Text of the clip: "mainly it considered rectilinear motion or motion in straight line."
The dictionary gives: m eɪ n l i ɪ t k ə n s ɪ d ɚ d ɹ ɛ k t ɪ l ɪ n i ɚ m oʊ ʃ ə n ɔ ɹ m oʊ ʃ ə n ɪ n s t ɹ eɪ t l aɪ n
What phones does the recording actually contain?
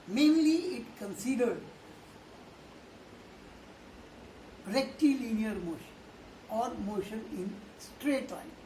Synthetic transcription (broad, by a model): m eɪ n l i ɪ t k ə n s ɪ d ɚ d ɹ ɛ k t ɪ l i n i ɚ m oʊ ʃ ə n ɔ ɹ m oʊ ʃ ə n ɪ n s t ɹ eɪ t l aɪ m